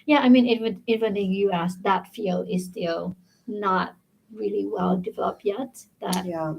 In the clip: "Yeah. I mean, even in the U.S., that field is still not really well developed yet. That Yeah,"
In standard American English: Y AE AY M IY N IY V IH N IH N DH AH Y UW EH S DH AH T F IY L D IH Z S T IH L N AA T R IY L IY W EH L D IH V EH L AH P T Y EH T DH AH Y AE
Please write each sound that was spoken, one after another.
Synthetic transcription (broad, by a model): Y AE AY M IY N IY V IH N IH N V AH Y UW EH S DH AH T F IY L IH S T IH L N AA T R IY L IY W EH L D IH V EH L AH P Y EH T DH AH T